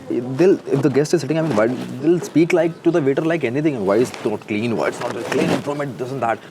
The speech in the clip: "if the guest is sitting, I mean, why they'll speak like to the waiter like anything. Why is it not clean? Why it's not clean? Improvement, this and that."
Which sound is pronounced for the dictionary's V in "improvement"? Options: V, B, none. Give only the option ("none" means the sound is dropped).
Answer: none